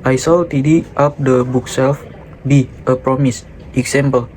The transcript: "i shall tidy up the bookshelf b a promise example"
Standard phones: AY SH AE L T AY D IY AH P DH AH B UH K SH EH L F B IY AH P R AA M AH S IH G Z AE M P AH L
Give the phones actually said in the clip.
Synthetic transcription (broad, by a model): AY S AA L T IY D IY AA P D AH B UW K S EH L F B IY AH P R AA M AH S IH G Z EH M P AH L